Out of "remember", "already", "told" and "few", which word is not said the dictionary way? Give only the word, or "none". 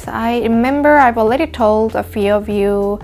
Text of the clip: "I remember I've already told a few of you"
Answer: already